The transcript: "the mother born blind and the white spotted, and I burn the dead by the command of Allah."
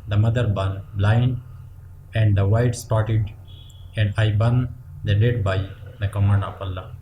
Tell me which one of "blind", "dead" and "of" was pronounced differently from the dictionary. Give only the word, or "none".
of